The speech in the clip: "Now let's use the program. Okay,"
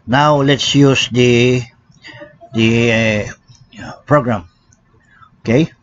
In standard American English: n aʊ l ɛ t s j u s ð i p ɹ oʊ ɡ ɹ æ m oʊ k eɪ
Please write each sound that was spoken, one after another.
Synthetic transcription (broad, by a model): n aʊ l ɛ t s j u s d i p ɹ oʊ ɡ ɹ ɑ m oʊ k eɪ